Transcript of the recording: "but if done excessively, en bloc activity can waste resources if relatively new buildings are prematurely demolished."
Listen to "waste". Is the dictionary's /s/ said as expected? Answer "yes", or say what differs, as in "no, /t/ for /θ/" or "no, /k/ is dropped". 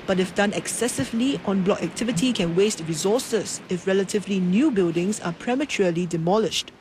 yes